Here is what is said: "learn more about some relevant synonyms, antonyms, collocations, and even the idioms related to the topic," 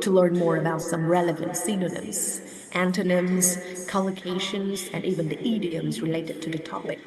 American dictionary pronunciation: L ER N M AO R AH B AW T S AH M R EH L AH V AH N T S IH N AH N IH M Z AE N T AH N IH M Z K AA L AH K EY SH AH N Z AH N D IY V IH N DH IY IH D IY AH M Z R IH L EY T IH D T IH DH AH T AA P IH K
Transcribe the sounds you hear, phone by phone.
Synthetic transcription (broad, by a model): L ER N M AO R AH B AW T S AH M R EH L AH V AH N T S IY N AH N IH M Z AE N T AH N IH M Z K AA L AH K EY SH AH N Z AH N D IY V IH N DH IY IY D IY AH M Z R IH L EY T IH D T IH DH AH T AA P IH K